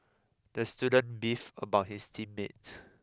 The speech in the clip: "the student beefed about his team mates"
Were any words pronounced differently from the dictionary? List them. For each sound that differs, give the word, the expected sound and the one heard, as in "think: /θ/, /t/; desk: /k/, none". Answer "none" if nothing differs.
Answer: beefed: /t/, none; his: /z/, /s/; mates: /s/, none